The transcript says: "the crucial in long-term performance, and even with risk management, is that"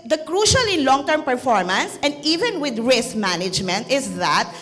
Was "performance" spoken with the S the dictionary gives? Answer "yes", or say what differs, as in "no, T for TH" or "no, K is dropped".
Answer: yes